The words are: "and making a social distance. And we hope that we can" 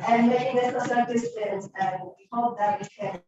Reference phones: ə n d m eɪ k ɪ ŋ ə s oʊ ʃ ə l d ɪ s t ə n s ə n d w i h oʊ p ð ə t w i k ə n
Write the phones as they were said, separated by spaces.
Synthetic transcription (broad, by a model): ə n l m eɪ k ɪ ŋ ə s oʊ s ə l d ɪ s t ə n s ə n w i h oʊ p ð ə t w i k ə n